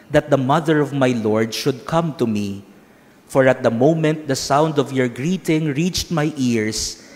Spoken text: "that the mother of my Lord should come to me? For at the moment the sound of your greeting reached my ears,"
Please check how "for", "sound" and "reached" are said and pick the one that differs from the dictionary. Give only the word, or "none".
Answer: none